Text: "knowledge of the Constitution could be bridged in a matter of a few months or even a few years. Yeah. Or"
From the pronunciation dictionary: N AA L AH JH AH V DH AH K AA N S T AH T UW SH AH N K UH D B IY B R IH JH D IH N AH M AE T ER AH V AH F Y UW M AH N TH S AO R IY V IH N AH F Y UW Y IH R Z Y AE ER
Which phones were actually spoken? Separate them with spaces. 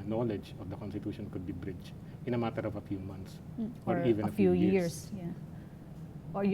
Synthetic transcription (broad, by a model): N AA L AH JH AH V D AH K AA N S T AH T UW SH AH N K UH D B IY B R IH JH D IH N AH M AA T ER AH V AH F Y UW M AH N T S AO R IY V IH N AH F Y UW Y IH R S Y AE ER